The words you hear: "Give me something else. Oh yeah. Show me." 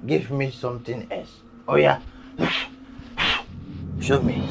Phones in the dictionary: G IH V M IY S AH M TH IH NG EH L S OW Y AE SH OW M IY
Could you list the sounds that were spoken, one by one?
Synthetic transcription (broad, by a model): G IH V M IY S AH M T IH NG EH L S OW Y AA SH OW M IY